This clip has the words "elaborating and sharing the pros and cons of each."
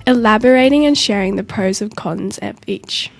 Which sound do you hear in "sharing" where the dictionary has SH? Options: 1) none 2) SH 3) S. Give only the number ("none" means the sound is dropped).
2